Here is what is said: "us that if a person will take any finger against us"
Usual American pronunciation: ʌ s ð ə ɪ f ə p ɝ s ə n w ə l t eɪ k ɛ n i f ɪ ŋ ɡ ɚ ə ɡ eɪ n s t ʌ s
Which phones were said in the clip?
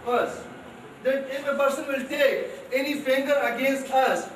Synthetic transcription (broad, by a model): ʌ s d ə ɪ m ə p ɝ s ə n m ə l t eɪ ɛ n i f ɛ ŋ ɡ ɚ ə ɡ eɪ n s t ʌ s